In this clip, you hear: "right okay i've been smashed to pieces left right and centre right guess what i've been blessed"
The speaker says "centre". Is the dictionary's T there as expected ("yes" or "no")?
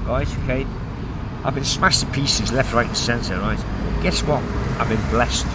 no